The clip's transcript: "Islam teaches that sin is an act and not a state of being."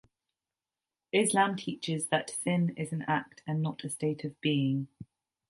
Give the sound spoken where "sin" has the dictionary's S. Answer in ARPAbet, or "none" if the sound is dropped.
TH